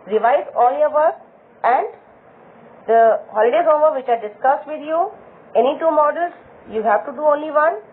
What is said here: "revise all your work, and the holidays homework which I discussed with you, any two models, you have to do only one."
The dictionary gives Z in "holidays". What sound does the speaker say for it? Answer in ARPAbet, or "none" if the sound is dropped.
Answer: none